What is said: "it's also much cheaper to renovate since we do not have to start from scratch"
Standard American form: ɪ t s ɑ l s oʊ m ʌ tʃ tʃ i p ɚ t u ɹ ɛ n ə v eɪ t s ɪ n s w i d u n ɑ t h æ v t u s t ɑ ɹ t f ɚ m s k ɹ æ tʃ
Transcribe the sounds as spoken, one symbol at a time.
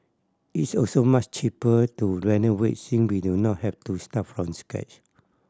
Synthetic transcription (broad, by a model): ɪ t s ɑ l s oʊ m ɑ tʃ tʃ i p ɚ t u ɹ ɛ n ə w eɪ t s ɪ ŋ w i d u n ɑ t h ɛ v t u s t ɑ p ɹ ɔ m s k ɛ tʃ